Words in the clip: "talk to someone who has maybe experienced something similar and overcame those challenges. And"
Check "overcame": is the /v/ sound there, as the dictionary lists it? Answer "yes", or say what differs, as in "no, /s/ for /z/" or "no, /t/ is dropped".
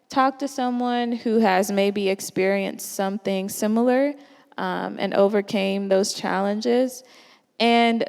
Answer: yes